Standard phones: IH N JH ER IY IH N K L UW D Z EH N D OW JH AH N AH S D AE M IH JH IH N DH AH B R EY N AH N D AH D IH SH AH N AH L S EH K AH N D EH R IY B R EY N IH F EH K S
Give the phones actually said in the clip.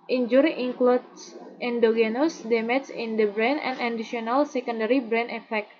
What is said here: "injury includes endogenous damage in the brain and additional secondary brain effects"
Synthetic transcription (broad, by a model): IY N JH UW IY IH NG K L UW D S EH N D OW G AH N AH S D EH M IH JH IH N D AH B R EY N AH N D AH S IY AH N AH L S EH K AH N D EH R IY B R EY N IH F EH K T